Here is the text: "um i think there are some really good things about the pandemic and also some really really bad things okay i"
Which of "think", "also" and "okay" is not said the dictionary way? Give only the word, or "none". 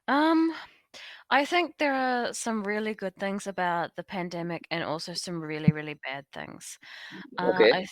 none